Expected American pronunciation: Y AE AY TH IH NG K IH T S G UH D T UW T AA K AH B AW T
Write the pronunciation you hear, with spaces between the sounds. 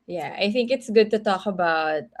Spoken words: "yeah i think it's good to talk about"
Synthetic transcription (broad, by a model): Y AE AY TH IH NG K IH T S G UH D T UW T AA K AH B AW T